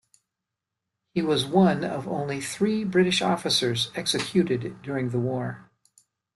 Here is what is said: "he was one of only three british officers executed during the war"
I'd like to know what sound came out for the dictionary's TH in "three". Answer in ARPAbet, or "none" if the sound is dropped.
TH